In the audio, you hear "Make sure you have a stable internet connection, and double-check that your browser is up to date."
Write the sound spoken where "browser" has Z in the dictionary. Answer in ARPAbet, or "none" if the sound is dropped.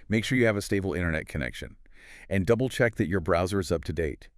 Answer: Z